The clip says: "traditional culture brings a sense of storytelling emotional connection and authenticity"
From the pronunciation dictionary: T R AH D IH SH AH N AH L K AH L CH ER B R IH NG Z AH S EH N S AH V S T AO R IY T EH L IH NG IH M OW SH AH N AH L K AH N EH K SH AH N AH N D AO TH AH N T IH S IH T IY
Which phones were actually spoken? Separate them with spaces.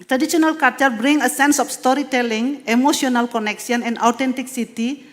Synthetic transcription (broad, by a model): T R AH D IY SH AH N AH L K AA CH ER B R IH NG AH S EH N S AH F S T AO R IY T EH L IH NG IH M OW S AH N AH L K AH N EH K S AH N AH N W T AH N T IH S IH T IY